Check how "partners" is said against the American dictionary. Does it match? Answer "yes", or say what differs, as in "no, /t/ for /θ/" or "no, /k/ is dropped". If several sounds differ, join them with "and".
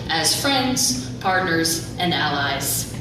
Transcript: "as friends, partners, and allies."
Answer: yes